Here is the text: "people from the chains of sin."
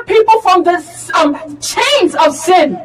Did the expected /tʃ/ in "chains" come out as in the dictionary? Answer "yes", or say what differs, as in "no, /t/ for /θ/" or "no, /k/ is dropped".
yes